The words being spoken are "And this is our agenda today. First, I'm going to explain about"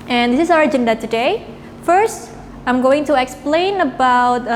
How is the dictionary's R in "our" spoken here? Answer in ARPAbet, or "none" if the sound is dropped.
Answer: R